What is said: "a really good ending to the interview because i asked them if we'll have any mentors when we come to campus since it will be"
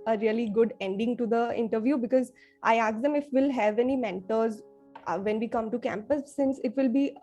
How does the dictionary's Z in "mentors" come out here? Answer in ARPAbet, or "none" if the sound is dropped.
Z